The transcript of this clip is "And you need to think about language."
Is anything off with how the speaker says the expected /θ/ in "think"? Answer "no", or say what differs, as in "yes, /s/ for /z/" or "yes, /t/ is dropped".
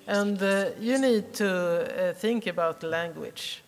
no